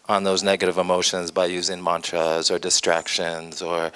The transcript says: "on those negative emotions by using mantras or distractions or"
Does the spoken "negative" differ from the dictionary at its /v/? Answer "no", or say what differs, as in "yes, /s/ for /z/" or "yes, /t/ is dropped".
no